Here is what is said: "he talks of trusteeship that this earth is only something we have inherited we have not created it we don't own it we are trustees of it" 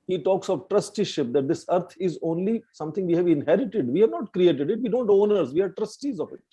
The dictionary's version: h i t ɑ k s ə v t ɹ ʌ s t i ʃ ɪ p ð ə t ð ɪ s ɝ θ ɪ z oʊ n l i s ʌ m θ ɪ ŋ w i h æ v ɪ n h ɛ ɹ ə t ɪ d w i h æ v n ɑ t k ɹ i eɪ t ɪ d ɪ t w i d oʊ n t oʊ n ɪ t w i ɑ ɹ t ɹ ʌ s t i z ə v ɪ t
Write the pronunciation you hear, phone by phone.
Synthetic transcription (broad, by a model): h i t ɑ k s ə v t ɹ ʌ s t i ʃ ɪ p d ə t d ɪ s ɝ t ɪ z oʊ n l i s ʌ m t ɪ ŋ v i h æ v ɪ n h ɛ ɹ ə t ɪ d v i h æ v n ɑ t k ɹ i eɪ t ɪ d ɪ t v i d oʊ n t oʊ n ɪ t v i ɑ ɹ t ɹ ʌ s t i z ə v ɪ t